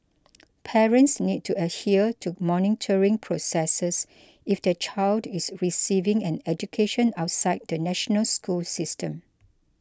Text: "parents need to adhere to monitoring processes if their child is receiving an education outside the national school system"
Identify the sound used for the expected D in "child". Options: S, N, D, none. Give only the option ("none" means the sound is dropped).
D